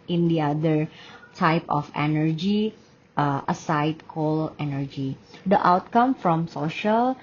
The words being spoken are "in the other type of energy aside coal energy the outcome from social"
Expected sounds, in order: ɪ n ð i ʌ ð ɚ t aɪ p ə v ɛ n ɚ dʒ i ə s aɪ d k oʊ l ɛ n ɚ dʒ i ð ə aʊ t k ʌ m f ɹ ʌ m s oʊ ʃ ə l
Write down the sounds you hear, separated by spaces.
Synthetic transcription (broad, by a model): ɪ n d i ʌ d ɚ t aɪ p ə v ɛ n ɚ dʒ i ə s aɪ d k oʊ l ɛ n ɚ dʒ i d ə aʊ t k ʌ m f ɹ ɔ m s oʊ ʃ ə l